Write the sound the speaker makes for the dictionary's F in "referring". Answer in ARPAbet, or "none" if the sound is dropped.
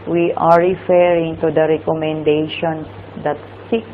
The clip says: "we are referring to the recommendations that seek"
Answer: F